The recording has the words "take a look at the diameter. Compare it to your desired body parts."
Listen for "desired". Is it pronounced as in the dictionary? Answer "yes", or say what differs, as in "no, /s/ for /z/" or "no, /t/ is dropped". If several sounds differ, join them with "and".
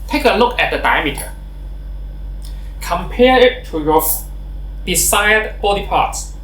no, /s/ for /z/